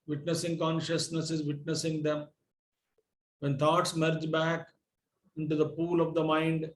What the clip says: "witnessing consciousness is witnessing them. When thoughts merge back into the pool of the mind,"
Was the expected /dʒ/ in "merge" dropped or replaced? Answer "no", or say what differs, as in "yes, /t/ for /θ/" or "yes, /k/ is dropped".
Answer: no